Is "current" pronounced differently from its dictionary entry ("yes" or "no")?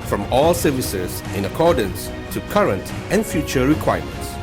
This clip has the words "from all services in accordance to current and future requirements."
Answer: no